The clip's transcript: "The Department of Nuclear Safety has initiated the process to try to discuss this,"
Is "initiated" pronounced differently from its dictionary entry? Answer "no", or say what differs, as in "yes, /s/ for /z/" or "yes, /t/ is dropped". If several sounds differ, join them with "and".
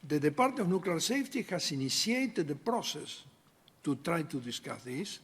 yes, /s/ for /ʃ/